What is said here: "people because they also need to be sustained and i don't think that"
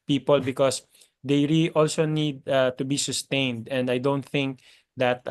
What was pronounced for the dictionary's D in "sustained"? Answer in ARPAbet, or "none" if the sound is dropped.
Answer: D